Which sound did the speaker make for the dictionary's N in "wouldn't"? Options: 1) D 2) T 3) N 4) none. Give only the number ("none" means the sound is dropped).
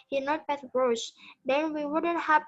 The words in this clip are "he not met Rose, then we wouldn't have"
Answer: 3